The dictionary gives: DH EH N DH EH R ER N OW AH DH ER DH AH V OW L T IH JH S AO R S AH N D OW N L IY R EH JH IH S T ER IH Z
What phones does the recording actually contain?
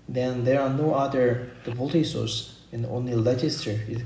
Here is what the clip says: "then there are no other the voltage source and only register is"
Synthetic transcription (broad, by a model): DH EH N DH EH R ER N OW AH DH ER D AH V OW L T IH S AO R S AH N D OW N L IY L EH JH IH S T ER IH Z